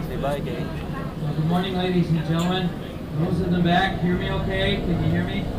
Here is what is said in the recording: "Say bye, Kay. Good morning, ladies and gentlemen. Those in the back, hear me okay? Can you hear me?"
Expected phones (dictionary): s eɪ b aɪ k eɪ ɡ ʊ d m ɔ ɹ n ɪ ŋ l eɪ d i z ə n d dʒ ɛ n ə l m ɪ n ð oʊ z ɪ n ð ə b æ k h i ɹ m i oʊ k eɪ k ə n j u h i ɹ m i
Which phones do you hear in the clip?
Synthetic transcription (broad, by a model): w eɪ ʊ ɡ ʊ d m ɔ ɹ n ɪ ŋ l eɪ d i z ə n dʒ ɛ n l m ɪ n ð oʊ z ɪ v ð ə b æ k h i ɹ m i oʊ k eɪ k ə n j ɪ h i ɹ m i